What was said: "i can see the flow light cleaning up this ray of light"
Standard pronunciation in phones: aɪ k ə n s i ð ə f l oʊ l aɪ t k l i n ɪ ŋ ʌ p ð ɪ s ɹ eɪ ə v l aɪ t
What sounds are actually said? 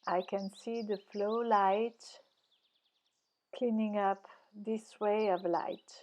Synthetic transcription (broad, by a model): aɪ k ə n s i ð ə f l oʊ l aɪ t k l i n ɪ ŋ ʌ p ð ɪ s w eɪ ə v l aɪ t